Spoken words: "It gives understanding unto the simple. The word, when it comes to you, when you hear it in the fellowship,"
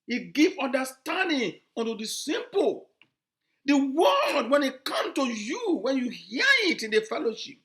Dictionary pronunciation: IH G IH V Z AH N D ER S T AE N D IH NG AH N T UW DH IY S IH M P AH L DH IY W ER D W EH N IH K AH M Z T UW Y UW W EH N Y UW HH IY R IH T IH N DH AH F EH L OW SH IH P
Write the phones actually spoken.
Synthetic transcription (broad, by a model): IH G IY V AO N D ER S T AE N D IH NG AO N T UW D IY S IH M P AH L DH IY W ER D W EH N IH K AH M T UW Y UW W EH N Y UW HH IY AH IH T IH N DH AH F EH L OW SH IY P